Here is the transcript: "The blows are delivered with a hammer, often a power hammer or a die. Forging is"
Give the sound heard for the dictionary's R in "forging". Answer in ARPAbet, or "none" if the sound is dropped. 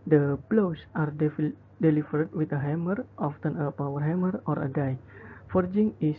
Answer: R